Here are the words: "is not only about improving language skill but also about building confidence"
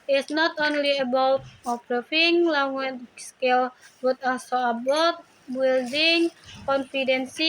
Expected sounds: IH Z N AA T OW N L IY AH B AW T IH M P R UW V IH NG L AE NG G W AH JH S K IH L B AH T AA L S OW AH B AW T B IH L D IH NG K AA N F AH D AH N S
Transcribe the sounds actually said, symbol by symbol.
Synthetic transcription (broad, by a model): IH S N AA T OW N L IY AH B AW T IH P R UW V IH NG L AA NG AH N S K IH L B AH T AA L S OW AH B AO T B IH L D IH NG K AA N F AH D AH N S